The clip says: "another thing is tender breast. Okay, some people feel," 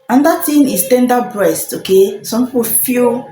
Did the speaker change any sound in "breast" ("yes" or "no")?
no